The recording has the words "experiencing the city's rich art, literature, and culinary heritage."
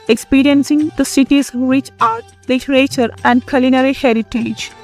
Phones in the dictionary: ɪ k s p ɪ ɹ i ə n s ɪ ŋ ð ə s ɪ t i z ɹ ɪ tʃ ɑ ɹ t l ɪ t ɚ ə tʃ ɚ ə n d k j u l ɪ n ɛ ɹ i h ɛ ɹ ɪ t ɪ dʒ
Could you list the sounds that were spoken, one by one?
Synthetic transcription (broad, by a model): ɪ k s p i ɹ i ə n s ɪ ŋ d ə s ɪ t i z w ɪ tʃ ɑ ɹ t l ɪ t ɚ ə tʃ ɚ ə n d k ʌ l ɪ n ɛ ɹ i h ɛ ɹ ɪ t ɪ dʒ